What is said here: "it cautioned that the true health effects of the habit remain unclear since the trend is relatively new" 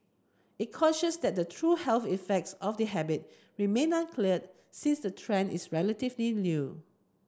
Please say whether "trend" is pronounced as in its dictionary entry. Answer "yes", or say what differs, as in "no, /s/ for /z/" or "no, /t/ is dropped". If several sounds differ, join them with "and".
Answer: no, /d/ is dropped